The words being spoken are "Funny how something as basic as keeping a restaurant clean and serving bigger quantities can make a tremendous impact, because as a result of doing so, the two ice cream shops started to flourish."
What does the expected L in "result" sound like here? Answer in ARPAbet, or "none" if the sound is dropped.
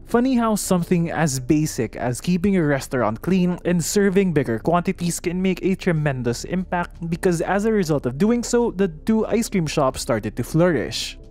L